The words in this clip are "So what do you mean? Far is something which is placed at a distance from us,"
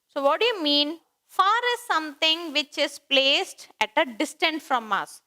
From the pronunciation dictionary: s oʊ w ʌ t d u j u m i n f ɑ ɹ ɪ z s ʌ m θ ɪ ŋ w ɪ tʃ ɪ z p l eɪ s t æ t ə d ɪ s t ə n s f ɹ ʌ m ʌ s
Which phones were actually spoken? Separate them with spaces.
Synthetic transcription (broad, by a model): s oʊ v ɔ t d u j u m i n f ɑ ɹ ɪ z s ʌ m t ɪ ŋ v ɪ tʃ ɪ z p l eɪ s t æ t ə d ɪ s t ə n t f ɹ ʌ m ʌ s